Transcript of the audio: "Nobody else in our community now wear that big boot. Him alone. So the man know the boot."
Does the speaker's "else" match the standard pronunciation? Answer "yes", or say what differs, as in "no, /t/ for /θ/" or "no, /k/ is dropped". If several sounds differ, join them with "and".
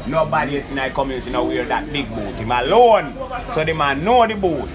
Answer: no, /l/ is dropped